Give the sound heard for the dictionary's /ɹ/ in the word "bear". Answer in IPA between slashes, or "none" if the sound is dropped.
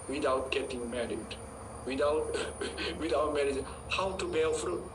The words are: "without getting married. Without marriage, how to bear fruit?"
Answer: /l/